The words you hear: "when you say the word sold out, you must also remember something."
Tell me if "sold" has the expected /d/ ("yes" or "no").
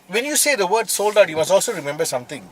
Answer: yes